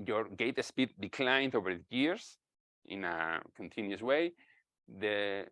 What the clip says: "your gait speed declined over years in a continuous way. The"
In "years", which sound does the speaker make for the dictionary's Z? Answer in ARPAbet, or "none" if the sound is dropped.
S